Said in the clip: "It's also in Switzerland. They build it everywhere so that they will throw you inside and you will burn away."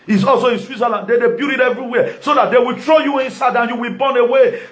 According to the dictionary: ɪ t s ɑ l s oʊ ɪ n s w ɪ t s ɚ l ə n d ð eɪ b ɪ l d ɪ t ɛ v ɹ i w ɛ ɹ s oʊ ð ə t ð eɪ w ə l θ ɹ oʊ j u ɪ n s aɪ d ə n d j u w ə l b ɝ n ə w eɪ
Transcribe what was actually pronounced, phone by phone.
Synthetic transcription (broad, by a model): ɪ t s ɑ l s oʊ ɪ n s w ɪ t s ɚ l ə n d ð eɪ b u d ɪ t ɛ v ɹ i w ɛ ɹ s oʊ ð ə t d eɪ w ə l t ɹ oʊ j u ɪ n s aɪ d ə n j u w ə l b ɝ n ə w eɪ